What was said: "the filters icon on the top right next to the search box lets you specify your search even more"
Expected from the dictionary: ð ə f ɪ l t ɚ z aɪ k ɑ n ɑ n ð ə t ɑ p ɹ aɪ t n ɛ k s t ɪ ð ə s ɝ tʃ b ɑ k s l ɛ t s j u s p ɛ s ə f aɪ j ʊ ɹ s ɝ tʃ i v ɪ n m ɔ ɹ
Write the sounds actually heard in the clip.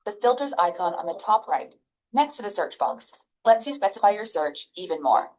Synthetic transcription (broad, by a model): ð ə f ɪ l t ɚ z aɪ k ɑ n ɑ n ð ə t ɑ p ɹ aɪ t n ɛ k s t ɪ ð ə s ɝ tʃ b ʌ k s l ɛ t s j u s p ɛ s ə f aɪ j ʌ ɹ s ɝ tʃ i v ɪ n m ɔ ɹ